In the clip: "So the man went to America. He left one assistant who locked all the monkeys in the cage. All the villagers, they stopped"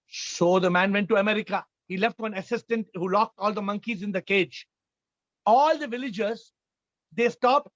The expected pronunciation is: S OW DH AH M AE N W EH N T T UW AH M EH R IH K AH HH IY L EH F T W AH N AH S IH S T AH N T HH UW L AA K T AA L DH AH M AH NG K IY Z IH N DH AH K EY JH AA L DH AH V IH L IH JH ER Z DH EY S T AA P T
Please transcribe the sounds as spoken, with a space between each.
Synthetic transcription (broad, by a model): S OW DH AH M AE N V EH N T T UW AH M EH R IH K AH HH IY L EH F T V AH N AH S IH S T AH N T HH UW L AA K T AA L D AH M AH NG K IY Z IH N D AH K EY JH AA L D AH V IH L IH JH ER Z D EY S T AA P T